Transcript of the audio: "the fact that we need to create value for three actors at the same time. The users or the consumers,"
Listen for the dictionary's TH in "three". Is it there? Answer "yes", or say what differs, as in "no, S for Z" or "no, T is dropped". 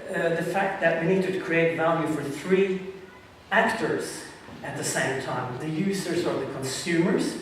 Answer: yes